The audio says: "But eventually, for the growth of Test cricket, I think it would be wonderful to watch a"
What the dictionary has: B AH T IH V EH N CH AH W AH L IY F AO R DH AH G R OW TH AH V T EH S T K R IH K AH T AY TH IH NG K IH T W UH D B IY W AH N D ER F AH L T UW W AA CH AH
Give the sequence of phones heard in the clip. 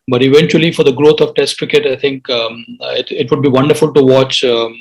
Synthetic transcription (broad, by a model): B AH T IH V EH N CH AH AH L IY F AO R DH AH G R OW T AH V T EH S T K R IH K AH T AY T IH NG K IH T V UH D B IY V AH N D ER F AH L T UW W AA CH